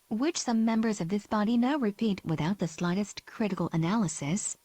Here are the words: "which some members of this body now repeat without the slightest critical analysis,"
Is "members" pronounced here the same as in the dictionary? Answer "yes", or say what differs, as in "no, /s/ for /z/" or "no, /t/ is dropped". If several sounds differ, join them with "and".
yes